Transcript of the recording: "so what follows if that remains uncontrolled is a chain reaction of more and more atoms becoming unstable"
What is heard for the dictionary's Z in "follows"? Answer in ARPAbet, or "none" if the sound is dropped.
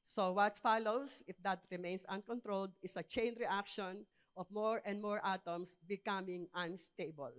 S